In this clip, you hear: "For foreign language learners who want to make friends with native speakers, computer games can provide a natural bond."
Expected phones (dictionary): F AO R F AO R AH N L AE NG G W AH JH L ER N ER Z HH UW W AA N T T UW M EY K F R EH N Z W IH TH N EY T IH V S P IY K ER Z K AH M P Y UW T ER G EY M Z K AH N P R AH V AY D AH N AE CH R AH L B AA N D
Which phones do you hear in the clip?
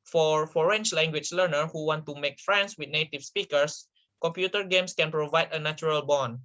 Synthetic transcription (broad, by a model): F AO R F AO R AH N L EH NG G W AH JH L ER N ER HH UW W AA N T T UW M EY K F R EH N S W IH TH N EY T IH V S P IY K ER S K AH M P Y UW T ER G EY M S K AH N P R AH V AY D AH N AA CH R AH L B AA N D